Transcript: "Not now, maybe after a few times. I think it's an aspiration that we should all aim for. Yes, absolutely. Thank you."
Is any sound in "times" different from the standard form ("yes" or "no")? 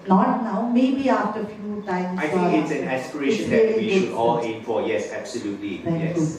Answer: yes